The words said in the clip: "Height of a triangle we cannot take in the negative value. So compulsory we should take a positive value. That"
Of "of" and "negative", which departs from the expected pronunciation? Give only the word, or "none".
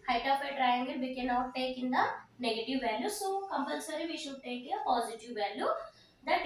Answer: of